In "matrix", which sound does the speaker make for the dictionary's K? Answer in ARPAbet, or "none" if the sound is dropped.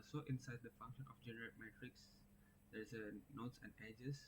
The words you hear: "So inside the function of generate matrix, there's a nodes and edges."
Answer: K